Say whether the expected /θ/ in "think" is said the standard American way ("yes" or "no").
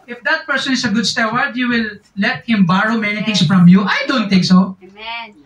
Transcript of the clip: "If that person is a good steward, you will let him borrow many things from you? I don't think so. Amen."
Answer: no